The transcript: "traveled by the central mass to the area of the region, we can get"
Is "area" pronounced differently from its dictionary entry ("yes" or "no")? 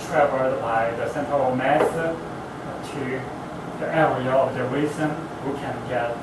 yes